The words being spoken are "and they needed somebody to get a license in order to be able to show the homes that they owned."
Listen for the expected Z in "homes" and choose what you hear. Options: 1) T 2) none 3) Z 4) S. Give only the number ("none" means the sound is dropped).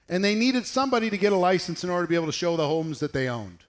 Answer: 3